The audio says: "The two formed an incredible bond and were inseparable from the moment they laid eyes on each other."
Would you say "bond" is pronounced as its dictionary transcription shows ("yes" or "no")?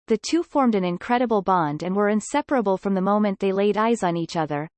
yes